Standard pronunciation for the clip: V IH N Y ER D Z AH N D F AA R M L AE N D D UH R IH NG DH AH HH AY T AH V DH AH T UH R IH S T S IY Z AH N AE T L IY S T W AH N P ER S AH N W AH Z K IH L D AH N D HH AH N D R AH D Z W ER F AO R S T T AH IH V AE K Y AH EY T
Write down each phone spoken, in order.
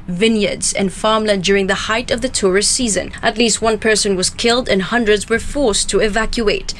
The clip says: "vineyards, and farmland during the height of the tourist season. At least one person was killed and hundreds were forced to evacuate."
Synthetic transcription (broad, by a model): V IH N Y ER D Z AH N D F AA R M L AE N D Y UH R IH NG DH AH HH AY T AH V DH AH T UH R IH S T S IY Z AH N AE T L IY S T W AH N P ER S AH N W AH Z K IH L D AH N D HH AH N D R AH D Z W ER F AO R S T T AH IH V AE K Y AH EY T